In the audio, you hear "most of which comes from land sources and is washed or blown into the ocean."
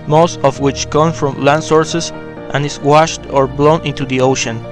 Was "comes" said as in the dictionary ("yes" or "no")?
no